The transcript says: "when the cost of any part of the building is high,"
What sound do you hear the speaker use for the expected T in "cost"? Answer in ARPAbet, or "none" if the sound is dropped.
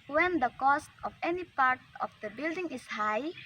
T